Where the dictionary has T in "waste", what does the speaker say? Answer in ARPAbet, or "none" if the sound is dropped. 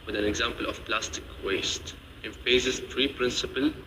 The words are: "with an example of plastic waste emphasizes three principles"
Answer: T